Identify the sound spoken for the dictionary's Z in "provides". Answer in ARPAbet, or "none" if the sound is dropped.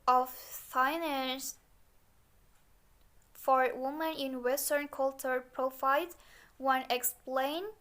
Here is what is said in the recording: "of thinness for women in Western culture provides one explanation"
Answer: none